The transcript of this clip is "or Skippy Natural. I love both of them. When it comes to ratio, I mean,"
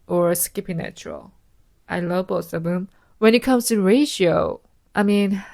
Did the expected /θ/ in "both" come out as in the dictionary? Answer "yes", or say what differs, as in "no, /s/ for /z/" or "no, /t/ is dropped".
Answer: no, /s/ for /θ/